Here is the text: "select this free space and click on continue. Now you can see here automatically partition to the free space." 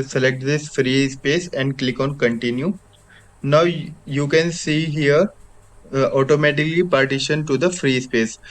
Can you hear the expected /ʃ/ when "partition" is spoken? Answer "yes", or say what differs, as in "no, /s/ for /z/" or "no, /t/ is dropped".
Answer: yes